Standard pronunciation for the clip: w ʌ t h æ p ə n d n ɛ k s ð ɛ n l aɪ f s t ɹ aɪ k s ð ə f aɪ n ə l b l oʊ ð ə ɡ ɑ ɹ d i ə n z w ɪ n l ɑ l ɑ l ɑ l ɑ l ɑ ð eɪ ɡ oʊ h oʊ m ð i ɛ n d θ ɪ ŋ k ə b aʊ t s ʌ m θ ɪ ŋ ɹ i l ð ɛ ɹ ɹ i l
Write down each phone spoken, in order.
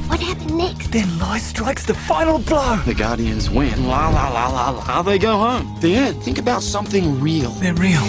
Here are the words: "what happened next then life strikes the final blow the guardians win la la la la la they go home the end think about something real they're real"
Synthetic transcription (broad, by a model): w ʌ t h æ ə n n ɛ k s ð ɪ n l aɪ s t ɹ aɪ k s ð ə f aɪ n l b l oʊ ð ə ɡ ɑ ɹ d i ə n z w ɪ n l ɑ l ɑ l ɑ l ɑ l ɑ ð eɪ ɡ oʊ h oʊ m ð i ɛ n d θ ɪ ŋ k ə b aʊ t s ʌ m θ ɪ ŋ ɹ i l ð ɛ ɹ ɹ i l